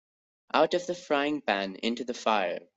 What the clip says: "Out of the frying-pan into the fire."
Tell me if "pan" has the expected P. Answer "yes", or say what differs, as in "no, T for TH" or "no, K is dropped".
no, B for P